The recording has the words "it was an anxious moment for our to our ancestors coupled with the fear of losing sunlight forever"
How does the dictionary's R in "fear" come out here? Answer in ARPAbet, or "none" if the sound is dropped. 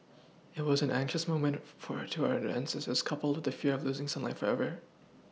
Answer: R